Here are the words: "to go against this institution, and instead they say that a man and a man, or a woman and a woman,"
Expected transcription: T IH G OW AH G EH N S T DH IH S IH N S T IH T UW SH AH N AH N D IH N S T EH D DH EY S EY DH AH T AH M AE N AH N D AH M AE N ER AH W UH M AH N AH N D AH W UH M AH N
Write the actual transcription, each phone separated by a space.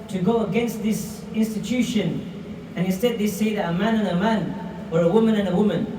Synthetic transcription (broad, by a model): T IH G OW AH G EH N S T DH IH S IH N S T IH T UW SH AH N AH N IH N S T EH D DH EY S EY DH AH T AH M AE N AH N AH M AE N ER AH W UH M AH N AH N AH W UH M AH N